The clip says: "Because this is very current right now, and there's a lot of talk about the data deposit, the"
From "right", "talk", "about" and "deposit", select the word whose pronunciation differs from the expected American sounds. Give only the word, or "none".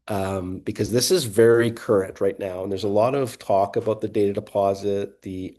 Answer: none